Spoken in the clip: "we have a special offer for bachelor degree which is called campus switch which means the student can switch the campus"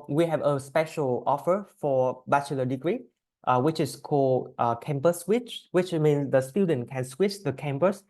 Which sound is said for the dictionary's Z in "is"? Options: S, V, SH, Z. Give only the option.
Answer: S